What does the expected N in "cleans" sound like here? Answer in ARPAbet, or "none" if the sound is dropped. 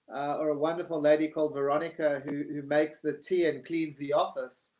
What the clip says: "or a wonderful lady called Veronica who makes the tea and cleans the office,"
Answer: N